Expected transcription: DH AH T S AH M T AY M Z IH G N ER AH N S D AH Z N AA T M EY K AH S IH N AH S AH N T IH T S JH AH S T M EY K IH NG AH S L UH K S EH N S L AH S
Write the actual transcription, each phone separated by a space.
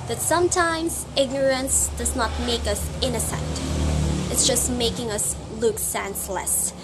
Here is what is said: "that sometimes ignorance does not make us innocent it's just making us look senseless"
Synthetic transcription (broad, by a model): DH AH T S AH M T AY M Z IH G N ER AH N S D AH Z N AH T M EY K AH S IH N AH S AH N T IH T S JH AH S T M EY K IH NG AH S L UH K S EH N S L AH S